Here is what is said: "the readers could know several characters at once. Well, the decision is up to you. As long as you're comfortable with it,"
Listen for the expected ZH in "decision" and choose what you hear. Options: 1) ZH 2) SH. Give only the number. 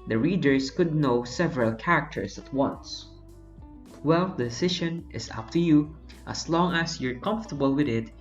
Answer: 2